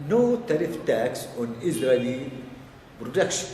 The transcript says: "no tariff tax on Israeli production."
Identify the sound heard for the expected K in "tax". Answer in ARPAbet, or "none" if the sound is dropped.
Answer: K